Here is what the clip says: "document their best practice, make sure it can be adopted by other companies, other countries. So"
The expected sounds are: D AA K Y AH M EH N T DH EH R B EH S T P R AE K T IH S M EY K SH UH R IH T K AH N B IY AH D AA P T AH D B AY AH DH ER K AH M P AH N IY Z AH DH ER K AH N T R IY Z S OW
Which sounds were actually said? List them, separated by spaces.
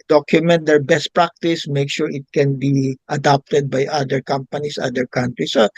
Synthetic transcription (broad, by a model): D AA K Y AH M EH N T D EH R B EH S T P R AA K T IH S M EY K SH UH R IH T K AH N B IY AH D AA P T AH D B AY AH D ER K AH M P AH N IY S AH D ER K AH N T R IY S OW